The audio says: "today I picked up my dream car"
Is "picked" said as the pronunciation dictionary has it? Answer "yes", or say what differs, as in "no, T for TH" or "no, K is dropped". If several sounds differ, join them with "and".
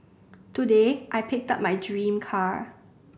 yes